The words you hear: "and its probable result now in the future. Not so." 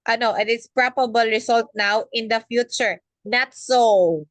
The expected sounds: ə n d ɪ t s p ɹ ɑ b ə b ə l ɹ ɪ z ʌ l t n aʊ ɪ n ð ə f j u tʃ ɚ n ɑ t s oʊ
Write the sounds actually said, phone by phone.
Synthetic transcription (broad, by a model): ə n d ɪ t s p ɹ ɑ b ə b ə l ɹ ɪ s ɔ l t n aʊ ɪ n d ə f j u tʃ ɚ n ɑ t s oʊ